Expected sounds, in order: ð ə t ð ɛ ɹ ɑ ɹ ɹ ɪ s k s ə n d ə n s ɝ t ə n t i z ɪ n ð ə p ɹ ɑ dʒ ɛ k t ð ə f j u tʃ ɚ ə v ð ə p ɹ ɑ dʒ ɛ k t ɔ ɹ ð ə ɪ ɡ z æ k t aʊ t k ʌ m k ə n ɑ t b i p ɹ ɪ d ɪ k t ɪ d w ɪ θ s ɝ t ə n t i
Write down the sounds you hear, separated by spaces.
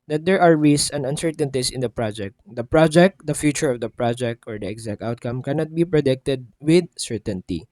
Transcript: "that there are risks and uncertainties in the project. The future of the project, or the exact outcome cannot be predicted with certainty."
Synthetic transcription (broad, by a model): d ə t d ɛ ɹ ɑ ɹ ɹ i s s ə n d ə n s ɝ t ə n t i s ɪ n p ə p ɹ ɑ dʒ ɛ k t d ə f j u tʃ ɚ ə v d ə p ɹ ɑ dʒ ɛ k t ɔ ɹ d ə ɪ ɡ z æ k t aʊ t k ʌ m k ə n ɑ t b i p ɹ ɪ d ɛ k t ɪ d w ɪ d s ɝ t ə n t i